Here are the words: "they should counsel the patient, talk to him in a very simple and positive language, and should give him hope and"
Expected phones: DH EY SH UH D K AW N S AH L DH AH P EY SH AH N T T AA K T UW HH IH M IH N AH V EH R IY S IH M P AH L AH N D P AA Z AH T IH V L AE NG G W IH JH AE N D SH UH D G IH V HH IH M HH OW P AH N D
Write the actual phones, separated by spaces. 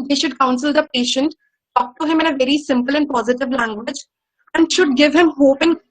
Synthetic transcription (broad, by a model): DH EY SH UH D K AW N S AH L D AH P EY SH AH N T T AA K T UW HH IH M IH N AH V EH R IY S IH M P AH L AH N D P AA Z AH T IH V L AE NG G W IH JH AE N D SH UH D G IH V HH IH M HH OW P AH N